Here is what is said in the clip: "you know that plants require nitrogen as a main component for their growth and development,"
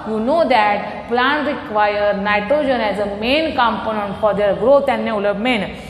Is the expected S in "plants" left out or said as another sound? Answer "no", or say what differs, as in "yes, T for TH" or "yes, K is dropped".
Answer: yes, S is dropped